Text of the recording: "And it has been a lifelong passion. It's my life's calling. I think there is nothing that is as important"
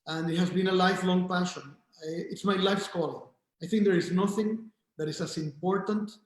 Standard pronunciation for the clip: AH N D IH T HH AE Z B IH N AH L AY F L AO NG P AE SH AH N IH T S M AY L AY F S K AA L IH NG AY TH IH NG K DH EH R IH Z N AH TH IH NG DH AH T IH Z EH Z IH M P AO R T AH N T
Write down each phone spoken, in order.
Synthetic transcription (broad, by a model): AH N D IH T HH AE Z B IH N AH L AY F L AO NG P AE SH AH N IH T S M AY L AY F S K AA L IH AY TH IH NG K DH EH R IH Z N AH TH IH NG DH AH T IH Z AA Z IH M P AO R T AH N T